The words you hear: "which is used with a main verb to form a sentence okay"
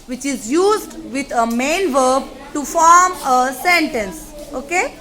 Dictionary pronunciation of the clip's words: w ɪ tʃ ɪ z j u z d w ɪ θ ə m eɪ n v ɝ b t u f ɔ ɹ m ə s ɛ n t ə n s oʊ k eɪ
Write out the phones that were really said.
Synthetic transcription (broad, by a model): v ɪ tʃ ɪ z j u z d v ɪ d ə m eɪ n v ɝ b t u f ɔ ɹ m ə s ɛ n t ə n s oʊ k eɪ